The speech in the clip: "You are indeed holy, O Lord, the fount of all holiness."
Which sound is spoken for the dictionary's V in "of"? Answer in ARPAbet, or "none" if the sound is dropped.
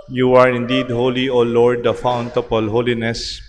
P